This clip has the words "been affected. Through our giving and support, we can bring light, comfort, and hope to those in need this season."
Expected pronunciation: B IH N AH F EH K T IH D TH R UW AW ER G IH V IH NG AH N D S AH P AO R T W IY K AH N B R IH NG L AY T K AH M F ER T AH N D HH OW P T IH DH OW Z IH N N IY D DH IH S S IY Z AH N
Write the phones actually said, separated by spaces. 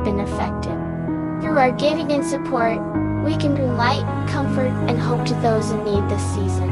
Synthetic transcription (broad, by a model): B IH N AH F EH K T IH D TH R UW AW ER G IH V IH NG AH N S AH P AO R T W IY K AH N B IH L AY T K AH M F ER T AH N HH OW P T IH DH OW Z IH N N IY D DH IH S S IY Z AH N